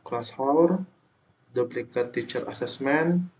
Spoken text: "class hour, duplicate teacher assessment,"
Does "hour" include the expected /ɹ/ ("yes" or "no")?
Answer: yes